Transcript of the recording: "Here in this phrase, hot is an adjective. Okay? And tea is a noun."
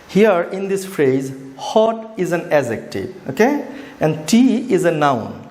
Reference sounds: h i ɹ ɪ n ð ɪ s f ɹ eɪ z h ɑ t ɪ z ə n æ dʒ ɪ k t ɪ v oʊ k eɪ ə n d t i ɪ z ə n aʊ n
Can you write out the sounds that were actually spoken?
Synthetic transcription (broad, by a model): h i ɹ ɪ n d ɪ s f ɹ eɪ z h ɑ t ɪ z ə n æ z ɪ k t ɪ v oʊ k eɪ ə n d t i ɪ z ə n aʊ n